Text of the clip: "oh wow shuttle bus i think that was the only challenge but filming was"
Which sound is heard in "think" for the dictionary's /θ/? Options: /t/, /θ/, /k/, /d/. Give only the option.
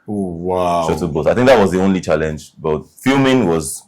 /θ/